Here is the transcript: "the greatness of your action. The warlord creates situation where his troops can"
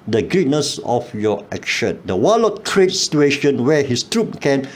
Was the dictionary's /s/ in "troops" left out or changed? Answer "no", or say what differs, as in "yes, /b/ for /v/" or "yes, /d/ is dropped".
yes, /s/ is dropped